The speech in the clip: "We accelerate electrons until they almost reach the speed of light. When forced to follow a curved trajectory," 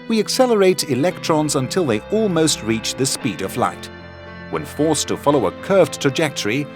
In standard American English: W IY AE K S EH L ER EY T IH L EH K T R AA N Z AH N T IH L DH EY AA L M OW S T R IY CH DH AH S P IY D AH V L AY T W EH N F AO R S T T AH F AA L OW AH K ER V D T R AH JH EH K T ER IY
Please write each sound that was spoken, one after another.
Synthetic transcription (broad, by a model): W IY AE K S EH L ER EY T IH L EH K T R AA N Z AH N T IH L DH EY AA L M OW S T R IY CH DH AH S P IY D AH V L AY T W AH N F AO R S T T AH F AA L OW AH K ER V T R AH JH EH K T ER IY